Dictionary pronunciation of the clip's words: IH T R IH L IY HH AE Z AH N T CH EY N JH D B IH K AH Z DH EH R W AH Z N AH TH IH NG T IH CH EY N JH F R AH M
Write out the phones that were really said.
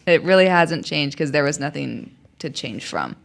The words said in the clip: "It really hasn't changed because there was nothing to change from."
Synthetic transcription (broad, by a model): IH T R IH L IY HH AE Z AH N CH EY N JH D K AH Z DH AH R W AH Z N AH TH IH NG T IH CH EY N ZH F R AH M